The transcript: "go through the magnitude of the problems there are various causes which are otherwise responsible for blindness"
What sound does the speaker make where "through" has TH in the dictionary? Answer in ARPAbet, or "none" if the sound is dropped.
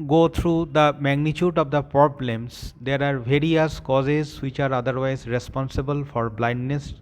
T